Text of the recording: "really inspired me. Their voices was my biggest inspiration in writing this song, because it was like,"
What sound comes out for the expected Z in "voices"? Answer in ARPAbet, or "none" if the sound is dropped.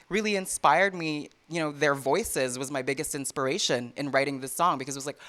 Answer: Z